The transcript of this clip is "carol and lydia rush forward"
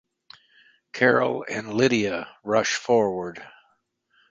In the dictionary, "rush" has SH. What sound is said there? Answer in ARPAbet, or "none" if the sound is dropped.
SH